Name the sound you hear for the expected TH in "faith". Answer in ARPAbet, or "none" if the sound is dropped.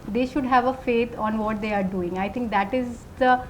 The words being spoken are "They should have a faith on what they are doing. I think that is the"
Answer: T